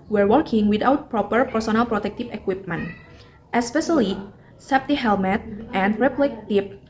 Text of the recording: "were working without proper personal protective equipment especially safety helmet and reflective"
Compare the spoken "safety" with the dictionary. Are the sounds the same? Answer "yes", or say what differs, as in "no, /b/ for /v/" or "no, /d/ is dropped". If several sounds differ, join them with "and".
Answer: no, /p/ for /f/